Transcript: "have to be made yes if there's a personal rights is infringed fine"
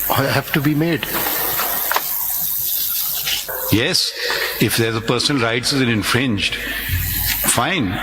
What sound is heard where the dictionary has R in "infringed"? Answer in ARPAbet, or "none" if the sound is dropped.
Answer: R